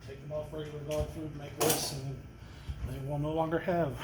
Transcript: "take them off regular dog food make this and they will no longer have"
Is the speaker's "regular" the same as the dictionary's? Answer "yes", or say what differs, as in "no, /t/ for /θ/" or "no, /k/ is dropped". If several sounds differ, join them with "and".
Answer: no, /l/ is dropped